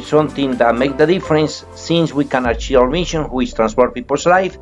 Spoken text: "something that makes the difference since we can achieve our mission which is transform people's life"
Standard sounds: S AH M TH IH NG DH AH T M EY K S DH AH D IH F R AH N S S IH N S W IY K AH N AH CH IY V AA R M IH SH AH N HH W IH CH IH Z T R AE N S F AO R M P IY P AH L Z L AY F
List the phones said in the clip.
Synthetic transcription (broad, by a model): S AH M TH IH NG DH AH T M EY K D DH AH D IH F R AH N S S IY N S W IY K AH N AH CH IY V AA W M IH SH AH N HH W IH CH T R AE N S P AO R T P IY P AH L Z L AY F